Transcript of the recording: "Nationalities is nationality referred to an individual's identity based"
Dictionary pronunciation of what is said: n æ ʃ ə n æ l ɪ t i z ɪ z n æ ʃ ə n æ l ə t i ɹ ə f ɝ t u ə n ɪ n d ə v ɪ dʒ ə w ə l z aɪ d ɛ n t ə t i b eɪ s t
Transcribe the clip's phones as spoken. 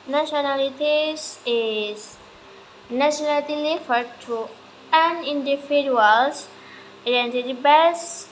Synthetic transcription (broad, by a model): n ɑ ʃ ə n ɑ l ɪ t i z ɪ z n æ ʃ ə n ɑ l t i l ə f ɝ t u ə n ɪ n d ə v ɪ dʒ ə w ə l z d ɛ n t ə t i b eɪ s